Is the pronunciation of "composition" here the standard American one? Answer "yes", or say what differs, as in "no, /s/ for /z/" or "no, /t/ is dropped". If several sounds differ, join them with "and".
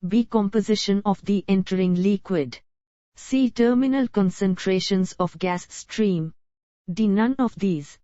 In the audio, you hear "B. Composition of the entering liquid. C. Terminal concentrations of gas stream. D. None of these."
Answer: yes